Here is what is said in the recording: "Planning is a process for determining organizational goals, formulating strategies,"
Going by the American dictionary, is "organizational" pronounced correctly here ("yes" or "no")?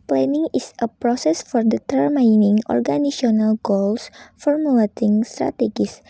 no